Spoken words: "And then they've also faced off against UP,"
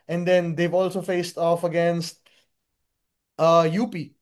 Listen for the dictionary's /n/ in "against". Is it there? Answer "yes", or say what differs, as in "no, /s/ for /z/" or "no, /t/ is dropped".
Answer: yes